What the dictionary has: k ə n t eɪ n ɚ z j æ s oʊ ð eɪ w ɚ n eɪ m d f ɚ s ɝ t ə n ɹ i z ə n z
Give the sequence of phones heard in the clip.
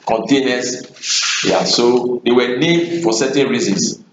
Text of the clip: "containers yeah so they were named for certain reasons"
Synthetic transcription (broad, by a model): k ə n t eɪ n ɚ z j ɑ s oʊ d eɪ w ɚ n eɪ d f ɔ s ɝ t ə n ɹ i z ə n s